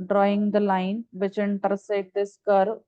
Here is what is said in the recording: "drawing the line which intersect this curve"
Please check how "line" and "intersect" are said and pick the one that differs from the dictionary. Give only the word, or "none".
intersect